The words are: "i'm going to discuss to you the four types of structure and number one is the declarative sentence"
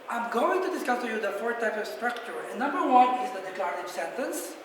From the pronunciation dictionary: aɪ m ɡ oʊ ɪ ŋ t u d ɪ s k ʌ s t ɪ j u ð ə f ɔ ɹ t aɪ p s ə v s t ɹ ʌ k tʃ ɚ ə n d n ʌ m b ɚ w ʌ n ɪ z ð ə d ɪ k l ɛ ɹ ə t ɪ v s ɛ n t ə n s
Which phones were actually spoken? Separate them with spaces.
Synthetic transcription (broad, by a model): aɪ m ɡ oʊ ɪ ŋ t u d ɪ s k ʌ s t ɪ j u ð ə f ɔ ɹ t aɪ p s ə v s t ɹ ʌ k tʃ ɚ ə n n ʌ m b ɚ w ʌ n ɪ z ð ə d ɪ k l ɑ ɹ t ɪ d s ɛ n t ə n s